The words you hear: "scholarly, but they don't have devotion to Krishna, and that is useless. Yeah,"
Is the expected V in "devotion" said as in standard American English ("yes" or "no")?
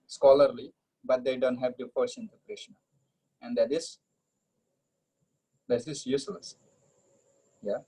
no